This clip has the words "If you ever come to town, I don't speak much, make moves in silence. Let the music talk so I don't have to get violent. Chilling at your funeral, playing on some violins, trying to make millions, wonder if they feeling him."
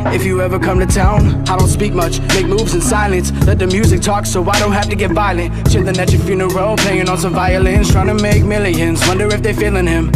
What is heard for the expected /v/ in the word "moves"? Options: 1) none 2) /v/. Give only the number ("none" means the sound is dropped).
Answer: 2